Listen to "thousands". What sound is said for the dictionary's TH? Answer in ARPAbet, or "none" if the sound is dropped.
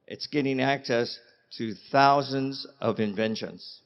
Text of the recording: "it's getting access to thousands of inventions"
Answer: TH